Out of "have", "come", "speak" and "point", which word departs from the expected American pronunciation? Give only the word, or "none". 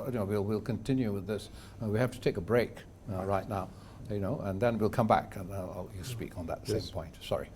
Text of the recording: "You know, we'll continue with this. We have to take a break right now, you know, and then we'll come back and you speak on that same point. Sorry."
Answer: have